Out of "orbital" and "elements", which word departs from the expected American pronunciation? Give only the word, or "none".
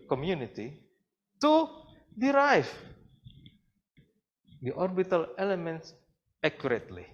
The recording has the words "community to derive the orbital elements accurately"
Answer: none